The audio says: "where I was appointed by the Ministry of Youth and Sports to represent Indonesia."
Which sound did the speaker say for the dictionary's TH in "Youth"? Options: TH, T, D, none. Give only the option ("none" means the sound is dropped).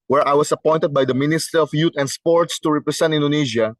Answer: T